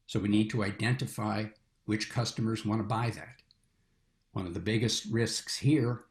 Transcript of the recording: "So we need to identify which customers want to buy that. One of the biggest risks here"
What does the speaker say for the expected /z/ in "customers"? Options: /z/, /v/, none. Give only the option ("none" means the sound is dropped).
/z/